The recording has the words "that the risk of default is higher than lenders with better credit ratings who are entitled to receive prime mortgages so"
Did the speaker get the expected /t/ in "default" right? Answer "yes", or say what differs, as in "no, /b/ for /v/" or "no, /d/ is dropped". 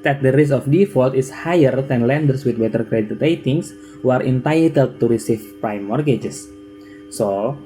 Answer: yes